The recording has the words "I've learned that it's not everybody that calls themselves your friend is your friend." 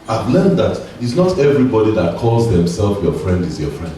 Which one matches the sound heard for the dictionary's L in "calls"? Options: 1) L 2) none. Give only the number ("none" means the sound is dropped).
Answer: 1